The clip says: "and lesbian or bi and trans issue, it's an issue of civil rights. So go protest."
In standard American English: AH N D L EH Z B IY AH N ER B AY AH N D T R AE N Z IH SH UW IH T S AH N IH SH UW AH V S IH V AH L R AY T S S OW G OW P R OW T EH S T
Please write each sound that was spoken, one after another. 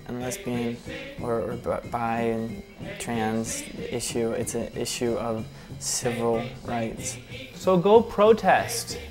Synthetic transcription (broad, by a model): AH N L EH S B IY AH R ER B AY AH T R AE N Z IH SH UW IH T S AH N IH SH UW AH V S IH V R L R AY T S S OW G OW P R OW T EH S T